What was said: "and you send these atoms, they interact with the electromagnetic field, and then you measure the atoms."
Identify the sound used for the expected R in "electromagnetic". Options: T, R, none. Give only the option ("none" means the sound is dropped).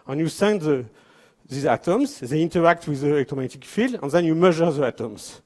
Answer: none